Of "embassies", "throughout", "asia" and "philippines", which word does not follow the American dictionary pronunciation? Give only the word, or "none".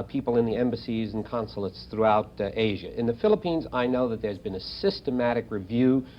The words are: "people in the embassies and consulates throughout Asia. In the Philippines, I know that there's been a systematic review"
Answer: none